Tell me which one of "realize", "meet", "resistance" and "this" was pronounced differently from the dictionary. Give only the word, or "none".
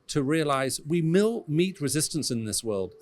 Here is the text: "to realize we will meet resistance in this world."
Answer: none